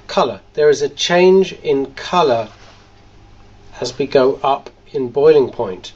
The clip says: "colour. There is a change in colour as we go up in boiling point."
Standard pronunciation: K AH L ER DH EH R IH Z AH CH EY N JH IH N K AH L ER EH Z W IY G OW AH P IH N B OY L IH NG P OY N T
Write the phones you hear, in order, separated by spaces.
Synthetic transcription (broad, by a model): K AH L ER DH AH R IH Z AH CH EY N JH IH N K AH L ER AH Z W IY G OW AH P IH N B OY L IH NG P OY N T